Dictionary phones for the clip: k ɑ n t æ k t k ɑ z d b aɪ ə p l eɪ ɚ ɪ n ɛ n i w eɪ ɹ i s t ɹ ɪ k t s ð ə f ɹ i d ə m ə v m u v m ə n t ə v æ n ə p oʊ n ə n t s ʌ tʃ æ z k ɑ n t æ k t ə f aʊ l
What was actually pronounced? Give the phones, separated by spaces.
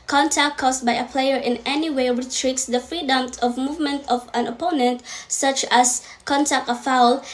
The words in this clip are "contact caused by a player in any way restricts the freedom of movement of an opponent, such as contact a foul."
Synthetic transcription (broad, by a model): k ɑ n t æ k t k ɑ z b aɪ ə p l eɪ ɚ ɪ n ɛ n i w eɪ ɹ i t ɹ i t s ð ə f ɹ i d ə m ə v m u v m ə n t ə v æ n ə p oʊ n ə n t s ʌ tʃ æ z k ɑ n t æ k t ə f aʊ l